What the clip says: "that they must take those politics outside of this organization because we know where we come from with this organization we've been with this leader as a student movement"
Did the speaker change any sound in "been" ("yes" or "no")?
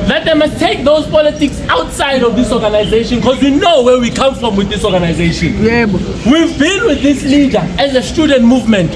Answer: yes